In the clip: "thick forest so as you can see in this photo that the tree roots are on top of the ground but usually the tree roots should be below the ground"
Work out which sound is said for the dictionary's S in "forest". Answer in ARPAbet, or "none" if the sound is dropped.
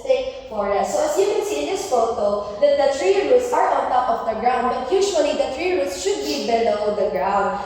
none